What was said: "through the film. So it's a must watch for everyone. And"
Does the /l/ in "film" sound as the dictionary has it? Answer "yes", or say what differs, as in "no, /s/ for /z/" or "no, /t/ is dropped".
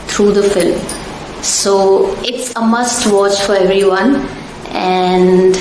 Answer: yes